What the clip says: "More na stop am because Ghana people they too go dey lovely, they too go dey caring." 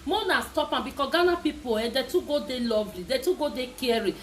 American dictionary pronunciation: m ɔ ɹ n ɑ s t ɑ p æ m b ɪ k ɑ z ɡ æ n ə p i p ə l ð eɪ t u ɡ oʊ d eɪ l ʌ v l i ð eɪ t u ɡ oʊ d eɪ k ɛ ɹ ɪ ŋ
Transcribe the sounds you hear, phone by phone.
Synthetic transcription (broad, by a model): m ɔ n ɑ s t ɑ p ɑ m b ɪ k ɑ ɡ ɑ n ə p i p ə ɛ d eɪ t u ɡ oʊ d eɪ l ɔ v l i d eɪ t u ɡ oʊ d eɪ k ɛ ɹ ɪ